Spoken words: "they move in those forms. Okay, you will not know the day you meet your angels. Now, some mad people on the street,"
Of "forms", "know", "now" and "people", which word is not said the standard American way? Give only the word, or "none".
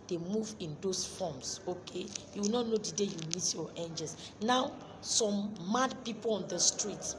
forms